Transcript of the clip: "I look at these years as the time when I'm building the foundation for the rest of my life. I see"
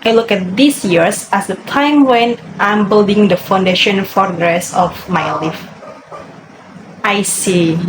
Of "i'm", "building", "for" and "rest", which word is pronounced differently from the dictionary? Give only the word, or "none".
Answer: rest